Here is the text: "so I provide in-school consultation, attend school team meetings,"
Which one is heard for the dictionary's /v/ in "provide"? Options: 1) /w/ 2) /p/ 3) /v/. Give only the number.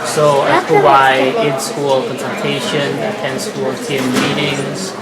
1